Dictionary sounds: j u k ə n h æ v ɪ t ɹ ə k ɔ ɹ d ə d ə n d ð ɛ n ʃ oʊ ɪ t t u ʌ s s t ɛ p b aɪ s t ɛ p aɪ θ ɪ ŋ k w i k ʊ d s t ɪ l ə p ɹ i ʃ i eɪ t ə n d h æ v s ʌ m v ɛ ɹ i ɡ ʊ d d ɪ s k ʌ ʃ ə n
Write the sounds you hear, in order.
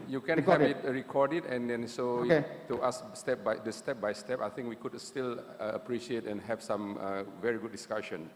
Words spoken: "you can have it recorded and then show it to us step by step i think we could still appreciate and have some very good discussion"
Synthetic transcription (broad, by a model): j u k ə n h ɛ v ɪ t ɹ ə k ɔ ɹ d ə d ə n d ɛ n s oʊ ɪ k t u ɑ s s t ɛ p b aɪ s t ɛ p aɪ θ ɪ ŋ k w i k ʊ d s t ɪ l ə p ɹ i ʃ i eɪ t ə n h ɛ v s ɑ m v ɛ ɹ i ɡ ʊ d d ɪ s k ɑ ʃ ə n